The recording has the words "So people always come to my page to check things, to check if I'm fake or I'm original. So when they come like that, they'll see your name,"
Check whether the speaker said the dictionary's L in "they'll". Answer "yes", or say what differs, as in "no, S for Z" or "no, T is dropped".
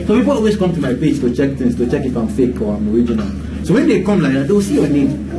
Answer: no, W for L